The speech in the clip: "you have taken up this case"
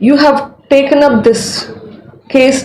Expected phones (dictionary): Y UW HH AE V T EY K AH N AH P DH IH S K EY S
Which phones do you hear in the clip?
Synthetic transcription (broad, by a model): Y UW HH AE V T EY K AH N AH P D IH S K EY S